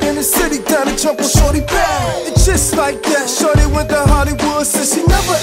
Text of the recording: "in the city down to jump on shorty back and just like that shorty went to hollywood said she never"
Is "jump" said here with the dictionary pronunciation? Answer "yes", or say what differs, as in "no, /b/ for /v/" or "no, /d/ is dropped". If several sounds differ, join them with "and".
no, /m/ is dropped